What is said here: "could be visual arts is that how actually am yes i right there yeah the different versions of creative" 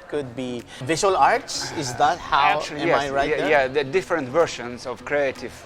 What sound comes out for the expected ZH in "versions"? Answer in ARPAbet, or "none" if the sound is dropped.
SH